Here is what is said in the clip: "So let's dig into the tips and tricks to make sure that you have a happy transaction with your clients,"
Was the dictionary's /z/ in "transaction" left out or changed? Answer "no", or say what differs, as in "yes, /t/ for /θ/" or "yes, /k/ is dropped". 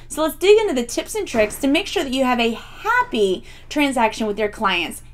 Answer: no